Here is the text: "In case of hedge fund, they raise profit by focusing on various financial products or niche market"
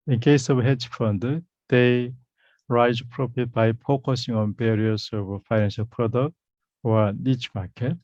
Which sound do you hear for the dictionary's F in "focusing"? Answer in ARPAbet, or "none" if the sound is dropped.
P